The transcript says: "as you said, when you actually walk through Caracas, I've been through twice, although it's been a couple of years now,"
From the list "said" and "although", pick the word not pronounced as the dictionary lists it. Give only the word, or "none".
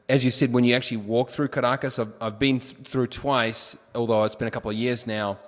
none